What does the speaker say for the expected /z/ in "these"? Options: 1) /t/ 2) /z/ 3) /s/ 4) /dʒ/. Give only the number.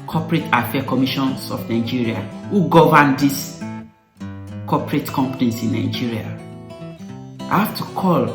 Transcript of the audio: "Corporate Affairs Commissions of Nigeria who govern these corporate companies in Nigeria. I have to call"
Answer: 3